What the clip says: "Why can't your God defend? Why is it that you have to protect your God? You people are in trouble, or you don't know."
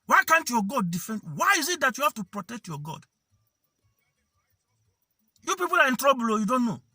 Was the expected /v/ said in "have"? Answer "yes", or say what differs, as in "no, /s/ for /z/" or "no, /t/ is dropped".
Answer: no, /f/ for /v/